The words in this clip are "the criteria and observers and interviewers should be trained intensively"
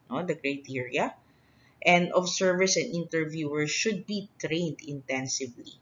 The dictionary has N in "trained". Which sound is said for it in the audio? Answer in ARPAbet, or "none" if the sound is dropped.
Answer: N